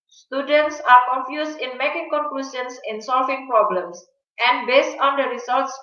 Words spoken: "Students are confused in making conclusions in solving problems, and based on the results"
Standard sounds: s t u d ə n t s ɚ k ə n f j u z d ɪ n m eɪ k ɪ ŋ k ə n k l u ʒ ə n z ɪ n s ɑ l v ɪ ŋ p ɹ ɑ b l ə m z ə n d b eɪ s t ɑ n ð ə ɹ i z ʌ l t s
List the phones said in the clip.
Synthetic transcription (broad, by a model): s t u d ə n t s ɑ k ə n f j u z ɪ n m eɪ k ɪ ŋ k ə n k l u s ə n s ɪ n s ɑ l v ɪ ŋ p ɹ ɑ b l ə m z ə n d b eɪ s t ɑ n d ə ɹ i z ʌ l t s